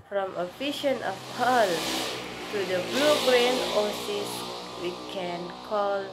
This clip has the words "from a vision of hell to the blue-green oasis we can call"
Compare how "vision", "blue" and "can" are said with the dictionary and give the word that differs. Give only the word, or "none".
vision